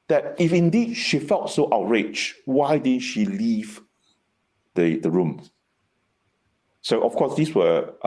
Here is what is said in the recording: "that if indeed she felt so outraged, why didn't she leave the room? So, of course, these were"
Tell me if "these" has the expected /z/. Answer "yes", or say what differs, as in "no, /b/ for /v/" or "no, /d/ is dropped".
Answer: no, /s/ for /z/